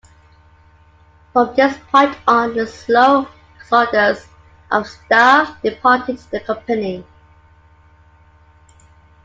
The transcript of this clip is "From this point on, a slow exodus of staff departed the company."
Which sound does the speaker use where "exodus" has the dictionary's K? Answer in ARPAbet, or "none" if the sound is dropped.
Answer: none